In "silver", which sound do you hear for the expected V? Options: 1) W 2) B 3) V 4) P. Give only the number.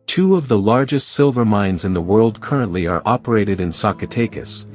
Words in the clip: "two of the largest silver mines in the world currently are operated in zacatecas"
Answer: 3